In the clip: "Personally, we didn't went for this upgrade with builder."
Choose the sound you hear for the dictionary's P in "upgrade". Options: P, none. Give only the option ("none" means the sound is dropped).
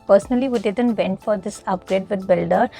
P